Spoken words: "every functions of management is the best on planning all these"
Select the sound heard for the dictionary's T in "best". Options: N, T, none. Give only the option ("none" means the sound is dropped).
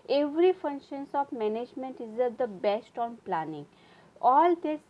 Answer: T